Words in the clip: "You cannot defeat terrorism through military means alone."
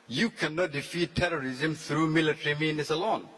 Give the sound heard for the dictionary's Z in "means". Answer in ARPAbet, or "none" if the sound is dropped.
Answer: S